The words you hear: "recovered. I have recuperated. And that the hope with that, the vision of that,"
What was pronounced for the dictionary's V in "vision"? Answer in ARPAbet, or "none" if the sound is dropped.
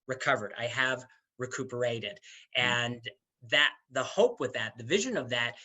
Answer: V